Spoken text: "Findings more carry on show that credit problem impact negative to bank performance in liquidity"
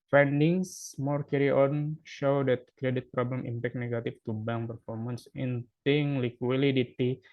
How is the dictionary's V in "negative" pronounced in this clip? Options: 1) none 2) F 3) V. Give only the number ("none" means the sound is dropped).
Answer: 2